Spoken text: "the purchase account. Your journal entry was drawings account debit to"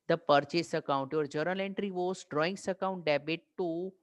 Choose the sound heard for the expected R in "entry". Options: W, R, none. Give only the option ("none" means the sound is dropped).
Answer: R